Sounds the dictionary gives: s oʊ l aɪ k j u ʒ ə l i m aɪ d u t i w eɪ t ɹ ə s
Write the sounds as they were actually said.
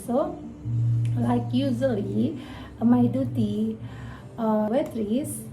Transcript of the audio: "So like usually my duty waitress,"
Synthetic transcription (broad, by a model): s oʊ l aɪ k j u z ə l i m aɪ d u t i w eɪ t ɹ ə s